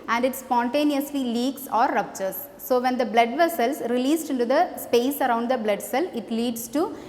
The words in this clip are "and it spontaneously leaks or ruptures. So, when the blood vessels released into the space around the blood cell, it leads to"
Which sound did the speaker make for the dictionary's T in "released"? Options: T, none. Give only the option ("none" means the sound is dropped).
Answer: T